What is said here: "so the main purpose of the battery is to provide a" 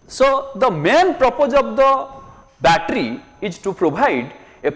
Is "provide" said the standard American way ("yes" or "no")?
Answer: no